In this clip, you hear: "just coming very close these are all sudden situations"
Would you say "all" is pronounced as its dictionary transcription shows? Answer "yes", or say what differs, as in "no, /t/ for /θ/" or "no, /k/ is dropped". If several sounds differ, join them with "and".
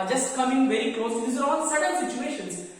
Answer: no, /n/ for /l/